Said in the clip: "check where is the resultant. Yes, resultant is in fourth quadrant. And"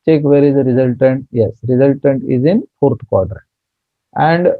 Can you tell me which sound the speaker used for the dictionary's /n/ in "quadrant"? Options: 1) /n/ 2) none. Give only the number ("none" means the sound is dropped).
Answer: 2